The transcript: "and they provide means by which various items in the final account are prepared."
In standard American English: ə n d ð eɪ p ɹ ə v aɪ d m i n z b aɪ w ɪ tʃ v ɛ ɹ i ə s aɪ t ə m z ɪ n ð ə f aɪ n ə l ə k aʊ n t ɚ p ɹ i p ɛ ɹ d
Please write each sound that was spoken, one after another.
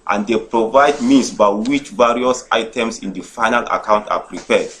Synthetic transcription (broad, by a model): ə n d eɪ p ɹ ə v aɪ d m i n s b aɪ w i tʃ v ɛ ɹ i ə s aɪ t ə m s ɪ n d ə f aɪ n ə l ə k aʊ n t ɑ p ɹ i p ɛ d